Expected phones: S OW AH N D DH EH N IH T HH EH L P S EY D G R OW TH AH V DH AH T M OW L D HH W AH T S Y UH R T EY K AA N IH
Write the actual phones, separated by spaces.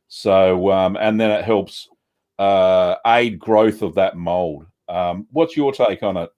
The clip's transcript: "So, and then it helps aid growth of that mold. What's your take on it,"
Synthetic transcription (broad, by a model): S OW AH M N DH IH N IH T HH EH L P S EY D G R OW TH AH V DH AH T M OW L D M W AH T S Y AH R T EY K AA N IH